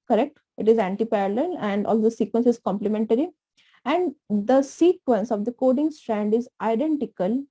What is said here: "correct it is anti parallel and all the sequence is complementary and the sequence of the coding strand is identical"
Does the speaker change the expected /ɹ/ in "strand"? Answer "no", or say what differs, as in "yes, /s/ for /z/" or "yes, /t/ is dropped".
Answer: no